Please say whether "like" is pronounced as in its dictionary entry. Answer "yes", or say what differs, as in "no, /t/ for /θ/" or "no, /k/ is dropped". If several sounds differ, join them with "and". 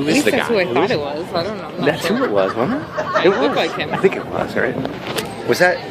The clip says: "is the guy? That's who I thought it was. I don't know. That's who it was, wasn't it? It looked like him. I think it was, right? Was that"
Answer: no, /w/ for /l/